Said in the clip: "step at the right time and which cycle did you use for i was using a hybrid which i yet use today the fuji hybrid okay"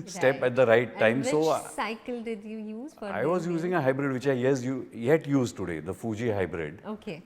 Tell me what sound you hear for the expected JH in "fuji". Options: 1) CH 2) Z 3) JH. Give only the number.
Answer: 3